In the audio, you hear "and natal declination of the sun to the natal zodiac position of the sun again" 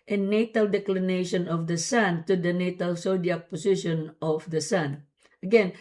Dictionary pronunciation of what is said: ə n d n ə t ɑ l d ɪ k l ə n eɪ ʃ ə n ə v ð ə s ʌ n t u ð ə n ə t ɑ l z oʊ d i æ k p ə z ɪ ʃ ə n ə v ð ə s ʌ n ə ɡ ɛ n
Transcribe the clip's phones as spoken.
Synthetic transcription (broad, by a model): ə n n ə t ɑ l d ɪ k l ə n eɪ ʃ ə n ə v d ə s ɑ n t u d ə n ə t ɑ l s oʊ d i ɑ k p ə s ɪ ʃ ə n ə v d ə s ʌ n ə ɡ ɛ n